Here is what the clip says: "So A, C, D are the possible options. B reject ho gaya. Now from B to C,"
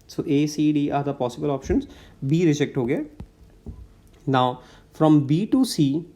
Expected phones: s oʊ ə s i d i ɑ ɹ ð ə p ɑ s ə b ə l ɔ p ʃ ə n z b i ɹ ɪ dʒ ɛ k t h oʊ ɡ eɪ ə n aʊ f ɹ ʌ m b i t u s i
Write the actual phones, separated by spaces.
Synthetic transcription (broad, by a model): s oʊ ə s i d i ɑ ɹ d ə p ɑ s ə b ə l ɔ p ʃ ə n z b i ɹ ɪ dʒ ɛ k t h oʊ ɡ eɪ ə n aʊ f ɹ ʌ m b i t u s i